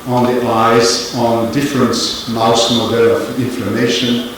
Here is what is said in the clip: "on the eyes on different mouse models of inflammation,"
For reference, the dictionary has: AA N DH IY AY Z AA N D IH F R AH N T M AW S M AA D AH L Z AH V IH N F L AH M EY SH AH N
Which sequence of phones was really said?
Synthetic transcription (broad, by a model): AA N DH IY AY Z AA N D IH F R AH N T M AW S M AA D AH L AH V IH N F L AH M EY SH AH N